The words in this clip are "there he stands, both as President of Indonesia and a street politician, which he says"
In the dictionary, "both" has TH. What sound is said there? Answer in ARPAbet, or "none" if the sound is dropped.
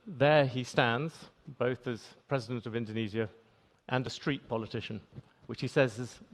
TH